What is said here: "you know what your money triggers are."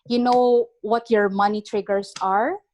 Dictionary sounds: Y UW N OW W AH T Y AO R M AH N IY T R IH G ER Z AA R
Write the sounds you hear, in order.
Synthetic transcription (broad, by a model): Y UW N OW W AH T Y AO R M AH N IY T R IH G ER S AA R